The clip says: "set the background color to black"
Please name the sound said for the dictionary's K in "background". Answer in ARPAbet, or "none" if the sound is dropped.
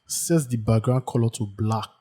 none